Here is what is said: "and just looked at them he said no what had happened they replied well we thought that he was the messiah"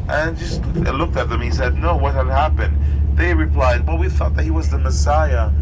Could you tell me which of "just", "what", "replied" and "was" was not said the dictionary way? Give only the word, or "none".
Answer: none